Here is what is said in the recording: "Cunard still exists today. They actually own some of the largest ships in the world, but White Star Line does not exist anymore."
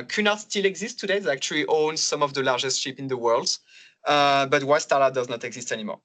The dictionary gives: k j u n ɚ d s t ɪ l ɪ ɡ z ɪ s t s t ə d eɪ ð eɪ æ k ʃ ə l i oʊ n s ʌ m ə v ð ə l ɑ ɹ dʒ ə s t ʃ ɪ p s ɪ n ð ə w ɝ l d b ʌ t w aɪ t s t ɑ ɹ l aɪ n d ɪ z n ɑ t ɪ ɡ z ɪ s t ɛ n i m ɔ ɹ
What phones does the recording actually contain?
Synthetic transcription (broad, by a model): k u n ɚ s t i l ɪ ɡ z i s s t ə d eɪ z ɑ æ k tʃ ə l i oʊ n s ʌ m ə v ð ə l ɑ ɹ dʒ ə s t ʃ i p ɪ n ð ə w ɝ l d b ʌ t w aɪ s t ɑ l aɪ d ɪ z n ɑ t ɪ ɡ z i s t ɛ n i m ɔ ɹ